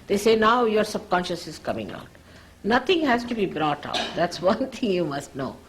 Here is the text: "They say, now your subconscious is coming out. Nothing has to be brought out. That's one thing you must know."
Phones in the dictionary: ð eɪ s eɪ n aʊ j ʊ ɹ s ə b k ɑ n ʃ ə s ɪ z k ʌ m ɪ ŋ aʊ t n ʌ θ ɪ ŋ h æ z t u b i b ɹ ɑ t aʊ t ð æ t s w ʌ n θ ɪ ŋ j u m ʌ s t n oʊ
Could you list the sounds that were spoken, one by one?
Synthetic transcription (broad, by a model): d eɪ s eɪ n aʊ j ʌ ɹ s ə b k ɑ n ʃ ə s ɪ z k ʌ m ɪ ŋ aʊ t n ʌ t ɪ ŋ h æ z t u b i b ɹ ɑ t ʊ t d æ t s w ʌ n t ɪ ŋ j u m ʌ s t n oʊ